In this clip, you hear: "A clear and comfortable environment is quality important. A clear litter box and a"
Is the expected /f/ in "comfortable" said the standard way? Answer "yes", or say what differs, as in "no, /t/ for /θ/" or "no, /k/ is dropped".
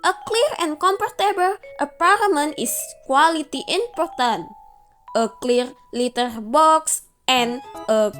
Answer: no, /p/ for /f/